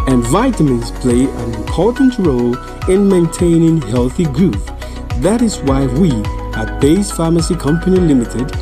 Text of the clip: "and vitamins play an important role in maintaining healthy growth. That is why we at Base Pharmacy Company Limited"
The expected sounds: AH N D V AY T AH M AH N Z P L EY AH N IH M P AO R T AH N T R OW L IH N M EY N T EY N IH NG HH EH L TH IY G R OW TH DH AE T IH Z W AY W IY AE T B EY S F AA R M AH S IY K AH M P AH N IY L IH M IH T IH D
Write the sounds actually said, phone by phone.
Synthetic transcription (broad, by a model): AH N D V AY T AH M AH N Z P L EY AH N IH M P AO R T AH N T R OW L IH N M EY N T EY N IH NG HH EH L TH IY G R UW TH DH AE T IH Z W AY W IY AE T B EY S F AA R M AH S IY K AH M P AH N IY L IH M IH T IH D